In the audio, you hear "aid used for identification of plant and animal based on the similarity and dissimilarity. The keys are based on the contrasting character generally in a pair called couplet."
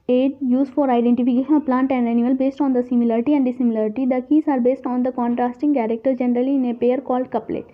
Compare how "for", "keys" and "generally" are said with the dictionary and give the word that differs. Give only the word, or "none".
keys